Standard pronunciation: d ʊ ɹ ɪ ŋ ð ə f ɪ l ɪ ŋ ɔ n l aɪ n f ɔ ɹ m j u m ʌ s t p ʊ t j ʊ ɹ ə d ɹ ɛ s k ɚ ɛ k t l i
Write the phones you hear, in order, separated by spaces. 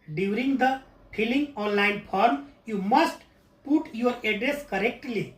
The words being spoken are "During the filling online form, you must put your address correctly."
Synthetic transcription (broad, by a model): d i ɹ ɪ ŋ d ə p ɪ l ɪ ŋ ɔ n l aɪ n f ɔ ɹ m j u m ʌ s t p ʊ t j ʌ ɹ ə d ɹ ɛ s k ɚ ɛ k t l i